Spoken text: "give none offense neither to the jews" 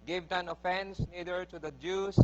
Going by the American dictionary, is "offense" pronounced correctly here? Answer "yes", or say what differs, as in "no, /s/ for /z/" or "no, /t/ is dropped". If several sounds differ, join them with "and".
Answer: yes